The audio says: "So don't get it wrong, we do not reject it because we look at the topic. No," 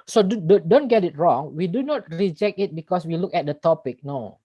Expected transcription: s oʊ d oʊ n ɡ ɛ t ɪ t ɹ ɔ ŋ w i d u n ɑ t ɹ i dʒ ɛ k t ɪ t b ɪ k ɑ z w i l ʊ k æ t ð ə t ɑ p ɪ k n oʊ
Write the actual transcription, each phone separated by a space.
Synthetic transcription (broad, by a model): s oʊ d oʊ n ɡ ɛ t ɪ t ɹ ɔ ŋ w i d u n ɑ t ɹ i dʒ ɛ k t ɪ t b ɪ k ɑ s w i l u k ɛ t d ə t ɑ p ɪ k n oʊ